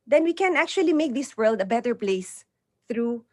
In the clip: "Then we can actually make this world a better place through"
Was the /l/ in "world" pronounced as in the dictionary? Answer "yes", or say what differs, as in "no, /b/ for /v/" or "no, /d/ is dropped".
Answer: yes